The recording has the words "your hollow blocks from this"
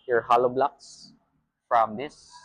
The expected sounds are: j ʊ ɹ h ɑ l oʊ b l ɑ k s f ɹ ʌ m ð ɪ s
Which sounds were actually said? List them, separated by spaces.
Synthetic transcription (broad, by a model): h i ɹ h ɑ l oʊ b l ɑ k s f ɹ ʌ m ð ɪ s